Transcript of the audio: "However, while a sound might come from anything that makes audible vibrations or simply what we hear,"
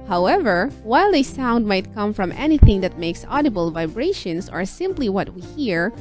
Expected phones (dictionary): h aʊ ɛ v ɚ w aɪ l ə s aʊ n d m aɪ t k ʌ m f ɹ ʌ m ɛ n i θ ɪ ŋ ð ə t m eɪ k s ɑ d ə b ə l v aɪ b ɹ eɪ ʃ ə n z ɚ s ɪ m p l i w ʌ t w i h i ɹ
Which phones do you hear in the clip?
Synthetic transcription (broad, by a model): h aʊ ɛ v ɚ w aɪ l ə s aʊ n d m aɪ t k ʌ m f ɹ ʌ m ɛ n i θ ɪ ŋ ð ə t m eɪ k s ɑ d ə b ə l v aɪ b ɹ eɪ ʃ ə n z ɚ s ɪ m p l i w ʌ t w i h i ɹ